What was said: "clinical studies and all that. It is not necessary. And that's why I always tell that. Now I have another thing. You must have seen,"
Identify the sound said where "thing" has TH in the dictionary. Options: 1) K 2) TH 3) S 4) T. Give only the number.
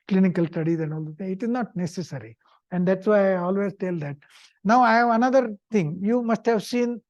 4